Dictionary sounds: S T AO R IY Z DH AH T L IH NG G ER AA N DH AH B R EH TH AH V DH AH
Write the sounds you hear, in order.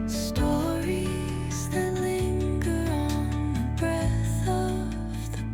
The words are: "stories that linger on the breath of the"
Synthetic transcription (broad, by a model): S T AO R IY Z DH AH T L IH NG G ER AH N DH AH B R EH TH AH V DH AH